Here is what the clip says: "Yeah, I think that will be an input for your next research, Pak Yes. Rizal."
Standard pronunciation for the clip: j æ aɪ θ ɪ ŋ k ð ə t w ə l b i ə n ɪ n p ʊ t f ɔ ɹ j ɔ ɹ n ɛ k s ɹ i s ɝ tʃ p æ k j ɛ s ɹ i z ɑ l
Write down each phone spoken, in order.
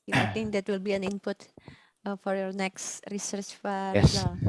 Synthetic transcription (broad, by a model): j aɪ t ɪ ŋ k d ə t w ə l b i ə n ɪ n p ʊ t f ɔ ɹ j ɔ ɹ n ɛ k s ɹ i s ɝ tʃ f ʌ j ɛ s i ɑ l